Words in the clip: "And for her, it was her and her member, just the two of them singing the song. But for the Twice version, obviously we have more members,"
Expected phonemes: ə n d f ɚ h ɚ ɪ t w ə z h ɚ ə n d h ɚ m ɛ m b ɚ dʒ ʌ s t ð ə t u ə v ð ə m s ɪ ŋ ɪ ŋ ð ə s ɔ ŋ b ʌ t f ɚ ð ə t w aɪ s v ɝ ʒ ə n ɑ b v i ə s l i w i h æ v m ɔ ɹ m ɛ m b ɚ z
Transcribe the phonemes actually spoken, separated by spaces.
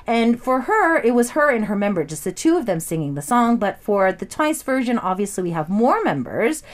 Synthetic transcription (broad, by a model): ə n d f ɚ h ɚ ɪ t w ə z h ɚ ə n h ɚ m ɛ m b ɚ dʒ ʌ s t ð ə t u ə v ð ə m s ɪ ŋ ɪ ŋ ð ə s ɔ ŋ b ʌ t f ɚ ð ə t w aɪ s v ɝ ʒ ə n ɑ b v i ə s l i w i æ v m ɔ ɹ m ɛ m b ɚ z